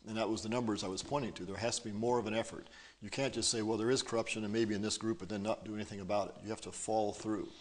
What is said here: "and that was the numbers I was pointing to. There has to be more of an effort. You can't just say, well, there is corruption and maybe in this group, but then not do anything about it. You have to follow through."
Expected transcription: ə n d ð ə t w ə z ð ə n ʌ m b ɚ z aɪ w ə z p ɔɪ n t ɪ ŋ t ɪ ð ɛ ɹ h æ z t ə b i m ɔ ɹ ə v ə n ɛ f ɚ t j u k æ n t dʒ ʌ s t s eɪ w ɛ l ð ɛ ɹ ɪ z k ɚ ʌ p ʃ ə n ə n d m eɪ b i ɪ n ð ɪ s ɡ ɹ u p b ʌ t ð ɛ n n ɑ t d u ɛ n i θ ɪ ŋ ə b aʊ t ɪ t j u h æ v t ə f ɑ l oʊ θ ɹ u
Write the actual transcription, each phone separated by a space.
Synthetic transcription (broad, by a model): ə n ð ə t w ə z ð ə n ʌ m b ɚ z aɪ w ə z p ɔɪ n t ɪ ŋ t ɪ ð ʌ ɹ h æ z t ə b i m ɔ ɹ ə v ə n ɛ f ɚ t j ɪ k æ n dʒ ʌ s t s eɪ w ɛ l ð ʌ ɹ ɪ z k ɚ ʌ p ʃ ə n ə n m eɪ b i ɪ n ð ɪ s ɡ ɹ u p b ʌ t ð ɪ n n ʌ t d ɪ ɛ n i θ ɪ ŋ ə b aʊ t ɪ t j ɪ h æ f t ə f ɑ l θ ɹ u